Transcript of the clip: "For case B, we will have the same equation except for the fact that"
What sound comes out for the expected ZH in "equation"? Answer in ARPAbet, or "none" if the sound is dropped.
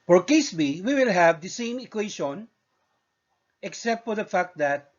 SH